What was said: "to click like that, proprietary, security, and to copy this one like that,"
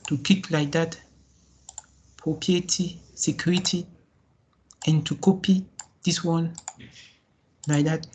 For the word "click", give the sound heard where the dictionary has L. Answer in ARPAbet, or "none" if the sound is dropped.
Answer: none